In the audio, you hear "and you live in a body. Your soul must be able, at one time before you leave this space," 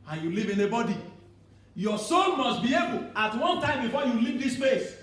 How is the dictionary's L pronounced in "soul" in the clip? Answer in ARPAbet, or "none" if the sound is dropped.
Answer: N